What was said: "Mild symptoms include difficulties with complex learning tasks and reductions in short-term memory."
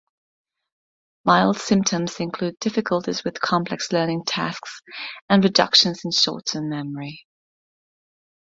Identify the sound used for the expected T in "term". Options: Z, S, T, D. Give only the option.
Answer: S